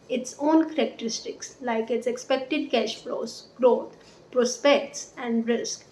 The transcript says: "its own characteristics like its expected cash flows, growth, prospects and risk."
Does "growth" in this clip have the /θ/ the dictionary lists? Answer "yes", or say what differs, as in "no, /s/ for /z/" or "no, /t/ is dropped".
no, /t/ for /θ/